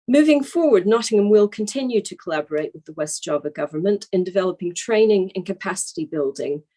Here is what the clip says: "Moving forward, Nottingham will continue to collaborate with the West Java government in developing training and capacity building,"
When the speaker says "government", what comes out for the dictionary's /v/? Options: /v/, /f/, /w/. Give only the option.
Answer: /v/